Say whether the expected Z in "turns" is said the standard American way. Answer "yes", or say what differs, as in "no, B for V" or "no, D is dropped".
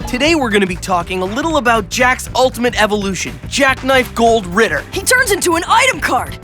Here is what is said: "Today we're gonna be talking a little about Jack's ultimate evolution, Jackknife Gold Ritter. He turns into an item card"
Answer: yes